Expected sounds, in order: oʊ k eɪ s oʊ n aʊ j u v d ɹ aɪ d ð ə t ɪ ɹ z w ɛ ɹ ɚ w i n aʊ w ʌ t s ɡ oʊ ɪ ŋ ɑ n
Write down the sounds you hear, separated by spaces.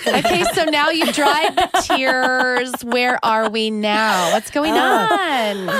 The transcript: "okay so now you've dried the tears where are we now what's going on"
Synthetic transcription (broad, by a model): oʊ k eɪ s oʊ n aʊ j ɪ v d ɹ aɪ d ð ə t ɪ ɹ z w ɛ ɹ ɚ w i n aʊ w ʌ t s ɡ oʊ ɪ ŋ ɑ n